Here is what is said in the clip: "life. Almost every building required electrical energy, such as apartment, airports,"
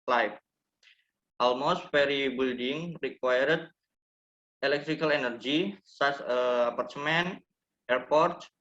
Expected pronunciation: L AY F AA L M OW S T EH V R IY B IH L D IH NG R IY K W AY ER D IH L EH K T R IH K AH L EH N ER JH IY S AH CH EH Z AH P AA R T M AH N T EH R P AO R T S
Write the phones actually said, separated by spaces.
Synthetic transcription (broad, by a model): L AY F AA L M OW S T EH R IY B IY L D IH NG R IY K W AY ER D IH L EH K T R IH K AH L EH N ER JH IY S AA S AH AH P AA R T M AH N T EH R P AO R T